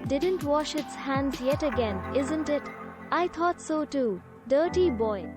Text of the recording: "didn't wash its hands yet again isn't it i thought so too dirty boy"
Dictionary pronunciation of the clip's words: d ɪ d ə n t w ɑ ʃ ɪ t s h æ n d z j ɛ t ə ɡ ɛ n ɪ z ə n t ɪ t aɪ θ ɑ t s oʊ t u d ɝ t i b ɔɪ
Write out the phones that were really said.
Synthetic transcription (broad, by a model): d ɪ d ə n t w ɑ ʃ ɪ t s h æ n d z j ɛ t ə ɡ ɛ n ɪ z ə n t ɪ t aɪ t ɑ t s oʊ t u d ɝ t i b ɔɪ